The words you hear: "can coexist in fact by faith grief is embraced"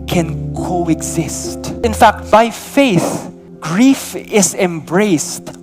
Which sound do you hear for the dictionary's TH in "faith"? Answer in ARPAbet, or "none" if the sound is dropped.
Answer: TH